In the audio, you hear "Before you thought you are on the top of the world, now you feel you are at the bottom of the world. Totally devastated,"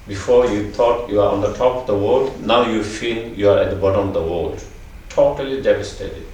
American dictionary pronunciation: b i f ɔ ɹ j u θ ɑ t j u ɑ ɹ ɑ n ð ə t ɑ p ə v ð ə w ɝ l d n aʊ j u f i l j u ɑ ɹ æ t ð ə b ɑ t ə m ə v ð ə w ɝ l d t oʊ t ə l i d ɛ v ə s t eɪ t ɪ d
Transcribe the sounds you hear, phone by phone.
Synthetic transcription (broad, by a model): b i f ɔ ɹ j u t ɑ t j u ɑ ɹ ɑ n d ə t ɑ p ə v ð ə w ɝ l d n aʊ j u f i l j u ɑ ɹ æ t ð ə b ɑ t ə m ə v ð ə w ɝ l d t oʊ t ə l i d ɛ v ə s t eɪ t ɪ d